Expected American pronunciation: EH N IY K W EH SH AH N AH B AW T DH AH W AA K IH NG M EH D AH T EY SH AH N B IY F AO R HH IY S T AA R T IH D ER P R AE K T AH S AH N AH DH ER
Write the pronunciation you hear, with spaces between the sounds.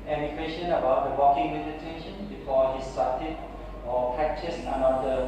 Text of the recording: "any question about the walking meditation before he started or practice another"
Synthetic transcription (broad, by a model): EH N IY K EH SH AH N AH B AW T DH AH W AA K IH NG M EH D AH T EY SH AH N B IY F AO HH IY S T AA T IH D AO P AE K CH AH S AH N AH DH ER